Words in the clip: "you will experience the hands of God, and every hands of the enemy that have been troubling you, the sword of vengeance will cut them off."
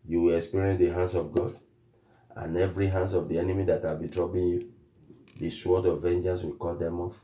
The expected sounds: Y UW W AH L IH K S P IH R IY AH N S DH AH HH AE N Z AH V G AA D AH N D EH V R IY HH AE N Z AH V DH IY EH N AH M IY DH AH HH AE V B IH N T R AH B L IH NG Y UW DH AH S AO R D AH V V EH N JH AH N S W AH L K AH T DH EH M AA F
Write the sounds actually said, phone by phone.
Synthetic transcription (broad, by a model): Y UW W AH L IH K S P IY R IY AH N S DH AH HH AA N S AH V G AA D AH N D EH V R IY HH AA N S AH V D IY EH N AH M IY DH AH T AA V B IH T R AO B IH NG Y UW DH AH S AO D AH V V EH N JH AH N S W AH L K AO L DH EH M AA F